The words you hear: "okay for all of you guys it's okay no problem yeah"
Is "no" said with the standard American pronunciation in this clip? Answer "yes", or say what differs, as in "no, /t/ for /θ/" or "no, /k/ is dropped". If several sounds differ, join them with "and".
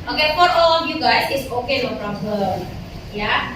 no, /l/ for /n/